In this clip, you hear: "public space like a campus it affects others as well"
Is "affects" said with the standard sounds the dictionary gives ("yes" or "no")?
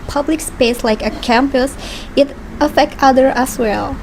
no